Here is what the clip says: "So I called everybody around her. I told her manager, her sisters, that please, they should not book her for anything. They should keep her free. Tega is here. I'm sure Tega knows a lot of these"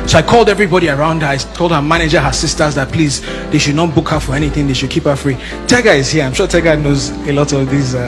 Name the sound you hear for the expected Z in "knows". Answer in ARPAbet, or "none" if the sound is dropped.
Z